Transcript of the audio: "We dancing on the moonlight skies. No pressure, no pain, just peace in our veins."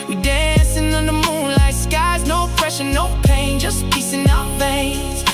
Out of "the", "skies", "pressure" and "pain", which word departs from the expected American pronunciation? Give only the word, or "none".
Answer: pressure